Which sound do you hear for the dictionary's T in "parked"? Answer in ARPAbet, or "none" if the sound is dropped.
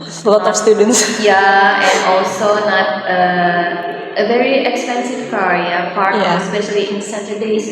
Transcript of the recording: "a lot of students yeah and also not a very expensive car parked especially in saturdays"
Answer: none